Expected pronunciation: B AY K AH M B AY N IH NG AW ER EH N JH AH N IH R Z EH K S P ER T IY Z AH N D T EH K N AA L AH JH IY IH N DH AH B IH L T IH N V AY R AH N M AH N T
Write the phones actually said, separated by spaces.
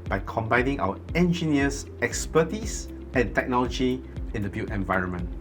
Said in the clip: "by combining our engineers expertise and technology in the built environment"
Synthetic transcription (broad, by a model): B AY K AH M B AY N IH NG AW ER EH N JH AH N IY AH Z EH K S P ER T IY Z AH N T EH K N AA L AH JH IY IH N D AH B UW T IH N V AY R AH N M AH N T